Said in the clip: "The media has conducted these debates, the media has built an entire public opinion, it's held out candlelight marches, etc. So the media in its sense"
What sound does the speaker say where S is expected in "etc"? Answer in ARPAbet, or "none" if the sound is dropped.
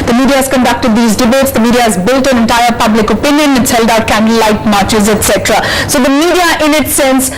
S